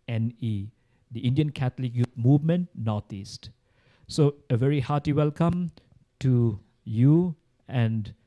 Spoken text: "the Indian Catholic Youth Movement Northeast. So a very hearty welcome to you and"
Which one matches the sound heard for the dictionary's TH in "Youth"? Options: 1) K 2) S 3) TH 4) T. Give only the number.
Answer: 4